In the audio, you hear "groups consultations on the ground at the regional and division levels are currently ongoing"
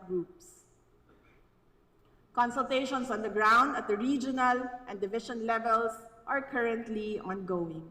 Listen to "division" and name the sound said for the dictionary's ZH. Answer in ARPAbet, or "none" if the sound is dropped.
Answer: SH